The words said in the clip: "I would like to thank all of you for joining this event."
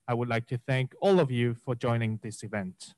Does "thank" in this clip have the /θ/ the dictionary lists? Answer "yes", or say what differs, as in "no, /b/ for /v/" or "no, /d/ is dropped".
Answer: yes